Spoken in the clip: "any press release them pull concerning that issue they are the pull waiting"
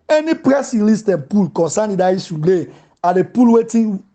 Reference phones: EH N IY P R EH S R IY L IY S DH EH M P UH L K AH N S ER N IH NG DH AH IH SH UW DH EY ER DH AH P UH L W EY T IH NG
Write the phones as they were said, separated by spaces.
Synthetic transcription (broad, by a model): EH N IY P R EH S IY L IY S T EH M P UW L K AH N S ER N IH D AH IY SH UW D EY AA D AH P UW L W EY T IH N